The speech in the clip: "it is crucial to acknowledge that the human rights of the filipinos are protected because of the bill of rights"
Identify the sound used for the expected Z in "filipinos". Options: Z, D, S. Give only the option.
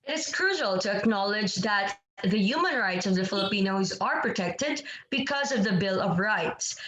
Z